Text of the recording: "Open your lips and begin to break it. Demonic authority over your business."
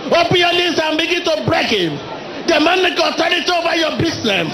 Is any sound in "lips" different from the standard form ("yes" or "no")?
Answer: yes